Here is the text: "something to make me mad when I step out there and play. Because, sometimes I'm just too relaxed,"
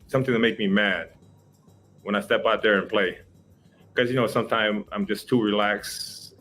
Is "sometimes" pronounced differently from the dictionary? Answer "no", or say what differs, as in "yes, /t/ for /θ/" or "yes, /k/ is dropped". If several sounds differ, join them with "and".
yes, /z/ is dropped